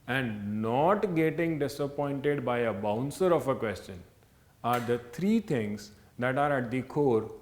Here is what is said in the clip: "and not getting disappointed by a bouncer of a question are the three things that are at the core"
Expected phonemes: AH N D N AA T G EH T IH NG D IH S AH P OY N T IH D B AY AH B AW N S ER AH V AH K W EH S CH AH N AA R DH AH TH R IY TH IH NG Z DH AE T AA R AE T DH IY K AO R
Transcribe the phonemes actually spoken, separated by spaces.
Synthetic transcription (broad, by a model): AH N D N AA T G EH T IH NG D IH S AH P OY N T IH D B AY AH B AW N S ER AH F AH K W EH S CH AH N AA R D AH T R IY T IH NG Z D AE T AA R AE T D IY K AO R